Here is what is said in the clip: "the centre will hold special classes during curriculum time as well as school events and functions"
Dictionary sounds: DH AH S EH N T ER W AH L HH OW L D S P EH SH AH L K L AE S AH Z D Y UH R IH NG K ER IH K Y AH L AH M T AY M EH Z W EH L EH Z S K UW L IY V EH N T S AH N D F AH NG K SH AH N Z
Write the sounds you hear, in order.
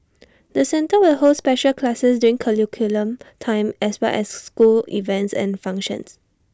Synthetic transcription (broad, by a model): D AH S EH N T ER W AH L HH OW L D S P EH SH AH L K L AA S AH S D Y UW R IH NG K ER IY K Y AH L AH M T AY M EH S W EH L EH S S K UW L IY V EH N T S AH N F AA NG K SH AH N S